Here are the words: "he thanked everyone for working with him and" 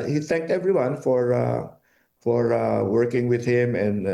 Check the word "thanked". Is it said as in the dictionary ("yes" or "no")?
yes